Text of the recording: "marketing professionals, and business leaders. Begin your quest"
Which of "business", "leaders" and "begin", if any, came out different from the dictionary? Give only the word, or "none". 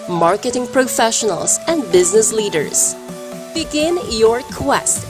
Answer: none